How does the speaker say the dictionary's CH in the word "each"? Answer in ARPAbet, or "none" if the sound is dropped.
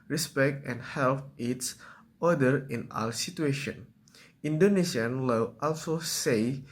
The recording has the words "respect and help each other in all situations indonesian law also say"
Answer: S